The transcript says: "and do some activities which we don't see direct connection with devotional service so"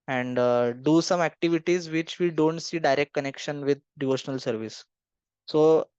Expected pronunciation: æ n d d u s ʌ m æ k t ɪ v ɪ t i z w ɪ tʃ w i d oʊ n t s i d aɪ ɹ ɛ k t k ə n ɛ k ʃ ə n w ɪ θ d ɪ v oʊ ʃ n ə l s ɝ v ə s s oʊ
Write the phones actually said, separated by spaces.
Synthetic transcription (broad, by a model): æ n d d u s ʌ m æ k t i v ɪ t i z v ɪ tʃ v i d oʊ n t s i d aɪ ɹ ɛ k t k ə n ɛ k ʃ ə n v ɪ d d ɪ v oʊ ʃ n ə l s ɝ v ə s s oʊ